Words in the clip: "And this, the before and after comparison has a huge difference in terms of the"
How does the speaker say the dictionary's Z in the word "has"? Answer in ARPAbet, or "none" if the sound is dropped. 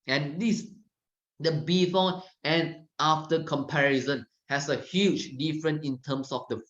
S